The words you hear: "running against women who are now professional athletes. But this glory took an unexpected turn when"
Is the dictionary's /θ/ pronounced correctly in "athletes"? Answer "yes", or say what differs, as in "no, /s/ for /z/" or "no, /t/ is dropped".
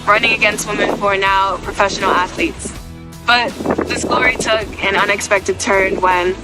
yes